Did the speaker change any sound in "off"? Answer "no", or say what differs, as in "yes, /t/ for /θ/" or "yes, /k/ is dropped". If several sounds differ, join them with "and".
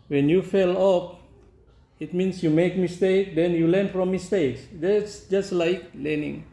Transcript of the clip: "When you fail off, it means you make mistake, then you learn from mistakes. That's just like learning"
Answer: yes, /p/ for /f/